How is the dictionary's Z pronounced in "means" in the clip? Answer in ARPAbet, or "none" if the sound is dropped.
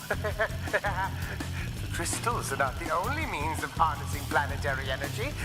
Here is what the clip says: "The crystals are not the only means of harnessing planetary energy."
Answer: Z